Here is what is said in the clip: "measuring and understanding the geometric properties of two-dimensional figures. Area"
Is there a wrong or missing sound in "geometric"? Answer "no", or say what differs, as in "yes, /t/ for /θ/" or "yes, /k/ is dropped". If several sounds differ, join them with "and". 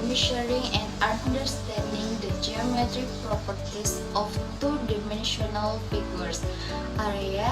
no